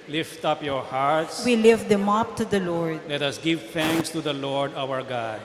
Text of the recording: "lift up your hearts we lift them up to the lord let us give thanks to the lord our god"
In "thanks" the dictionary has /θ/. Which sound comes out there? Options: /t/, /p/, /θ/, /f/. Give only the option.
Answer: /t/